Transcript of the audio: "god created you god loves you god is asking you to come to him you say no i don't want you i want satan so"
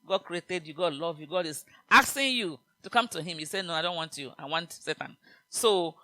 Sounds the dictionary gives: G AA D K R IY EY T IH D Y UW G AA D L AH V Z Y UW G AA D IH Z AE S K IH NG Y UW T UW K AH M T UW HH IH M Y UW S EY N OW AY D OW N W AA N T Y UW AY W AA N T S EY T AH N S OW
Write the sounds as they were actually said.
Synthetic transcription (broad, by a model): G AA D K R IY EY T IH D Y UW G AA D L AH V Y UW G AA D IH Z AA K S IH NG Y UW T UW K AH M T UW HH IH M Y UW S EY N OW AY D OW N W AA N T Y UW AY W AA N T S EY T AH N S OW